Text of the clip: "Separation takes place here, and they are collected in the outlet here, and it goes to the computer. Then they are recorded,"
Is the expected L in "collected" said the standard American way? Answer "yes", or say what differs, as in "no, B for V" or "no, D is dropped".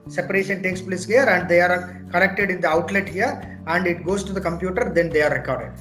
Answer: no, N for L